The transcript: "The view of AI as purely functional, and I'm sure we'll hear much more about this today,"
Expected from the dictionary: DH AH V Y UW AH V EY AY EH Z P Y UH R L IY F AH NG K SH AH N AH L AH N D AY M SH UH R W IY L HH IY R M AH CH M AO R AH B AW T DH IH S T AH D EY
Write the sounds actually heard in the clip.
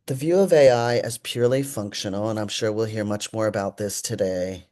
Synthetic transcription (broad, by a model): DH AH V Y UW AH V EY AY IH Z P Y UH R L IY F AH NG K SH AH N L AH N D AY M SH UH R W IY L HH IY R M AH CH M AO R AH B AW T DH IH S T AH D EY